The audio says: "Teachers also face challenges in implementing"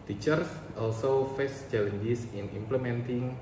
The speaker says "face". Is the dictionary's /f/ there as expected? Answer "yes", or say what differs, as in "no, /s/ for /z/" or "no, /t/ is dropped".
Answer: yes